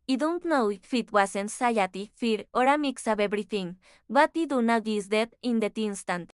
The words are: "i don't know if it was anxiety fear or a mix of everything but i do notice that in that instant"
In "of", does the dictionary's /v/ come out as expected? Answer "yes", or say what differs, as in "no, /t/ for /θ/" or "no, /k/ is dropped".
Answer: no, /b/ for /v/